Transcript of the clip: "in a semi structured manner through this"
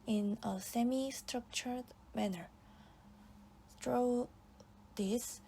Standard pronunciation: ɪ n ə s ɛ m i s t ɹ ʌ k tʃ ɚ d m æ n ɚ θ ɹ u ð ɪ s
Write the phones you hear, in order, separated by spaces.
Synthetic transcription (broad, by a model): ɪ n ə s ɛ m i s t ɹ ʌ k tʃ ɚ d m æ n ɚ t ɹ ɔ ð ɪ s